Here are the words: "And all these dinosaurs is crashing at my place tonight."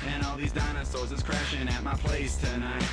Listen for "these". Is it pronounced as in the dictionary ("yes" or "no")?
yes